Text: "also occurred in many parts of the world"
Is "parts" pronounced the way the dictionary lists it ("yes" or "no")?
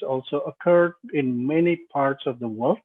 yes